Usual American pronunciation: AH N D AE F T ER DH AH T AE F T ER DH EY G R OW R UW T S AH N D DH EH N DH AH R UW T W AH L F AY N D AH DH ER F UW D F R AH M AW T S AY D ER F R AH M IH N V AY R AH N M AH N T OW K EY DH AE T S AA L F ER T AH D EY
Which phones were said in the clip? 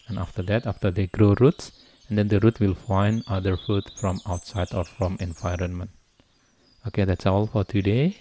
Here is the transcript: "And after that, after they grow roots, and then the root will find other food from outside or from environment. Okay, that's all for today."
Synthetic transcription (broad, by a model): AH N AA F T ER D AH T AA F T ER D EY G R OW R UW T S AH N D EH N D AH R UW T W AH L F AY N D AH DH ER F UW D F R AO M AW T S AY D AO F R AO M IH N V AY R AH N M AH N T OW K EY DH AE T S AA L F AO T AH D EY